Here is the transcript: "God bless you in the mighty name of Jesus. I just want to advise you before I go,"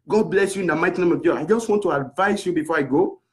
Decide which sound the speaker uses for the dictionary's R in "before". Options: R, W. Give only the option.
R